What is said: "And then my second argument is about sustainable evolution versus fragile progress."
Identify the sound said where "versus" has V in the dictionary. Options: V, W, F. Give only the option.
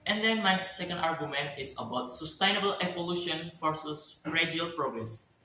F